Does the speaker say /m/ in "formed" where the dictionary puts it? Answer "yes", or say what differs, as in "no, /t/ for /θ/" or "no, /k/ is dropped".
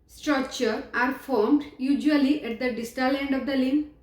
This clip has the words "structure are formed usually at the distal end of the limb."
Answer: yes